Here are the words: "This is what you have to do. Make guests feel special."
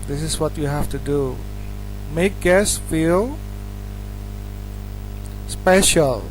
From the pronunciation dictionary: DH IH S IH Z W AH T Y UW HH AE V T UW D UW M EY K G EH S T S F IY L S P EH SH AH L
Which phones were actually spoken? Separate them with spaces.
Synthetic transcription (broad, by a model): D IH S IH S W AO T Y UW HH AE F T UW D UW M EY K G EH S S F IY L S P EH SH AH L